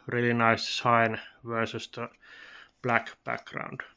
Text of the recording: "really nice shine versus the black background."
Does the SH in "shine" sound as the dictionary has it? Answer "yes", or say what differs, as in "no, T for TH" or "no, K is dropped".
no, S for SH